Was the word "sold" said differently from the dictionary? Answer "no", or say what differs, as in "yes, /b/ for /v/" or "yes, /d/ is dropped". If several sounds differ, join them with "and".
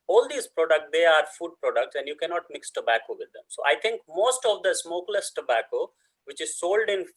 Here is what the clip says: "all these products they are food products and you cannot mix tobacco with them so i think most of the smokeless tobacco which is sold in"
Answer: no